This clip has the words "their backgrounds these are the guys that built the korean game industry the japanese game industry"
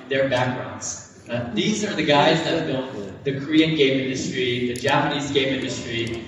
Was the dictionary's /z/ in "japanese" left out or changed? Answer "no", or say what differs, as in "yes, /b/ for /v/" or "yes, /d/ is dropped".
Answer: no